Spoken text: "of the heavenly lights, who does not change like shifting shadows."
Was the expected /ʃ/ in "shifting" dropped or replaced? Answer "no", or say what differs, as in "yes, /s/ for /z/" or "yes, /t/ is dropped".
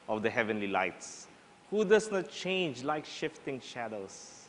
no